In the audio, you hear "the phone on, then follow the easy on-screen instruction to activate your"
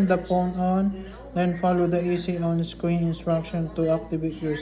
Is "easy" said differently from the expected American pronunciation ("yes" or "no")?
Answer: yes